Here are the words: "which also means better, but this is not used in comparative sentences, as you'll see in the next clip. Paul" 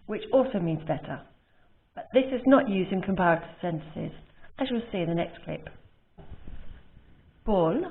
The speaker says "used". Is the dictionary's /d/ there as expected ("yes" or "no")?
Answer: yes